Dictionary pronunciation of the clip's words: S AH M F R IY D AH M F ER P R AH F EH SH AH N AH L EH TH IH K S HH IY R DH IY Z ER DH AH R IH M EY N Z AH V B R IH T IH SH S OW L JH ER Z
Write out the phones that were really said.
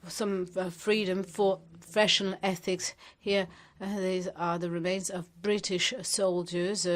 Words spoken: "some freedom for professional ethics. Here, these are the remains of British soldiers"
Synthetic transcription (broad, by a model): S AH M F R IY D AH M F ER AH F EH SH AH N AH L EH TH IH K S HH IY R DH IY Z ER DH AH R IH M EY N Z AH V B R IH T IH SH S OW L JH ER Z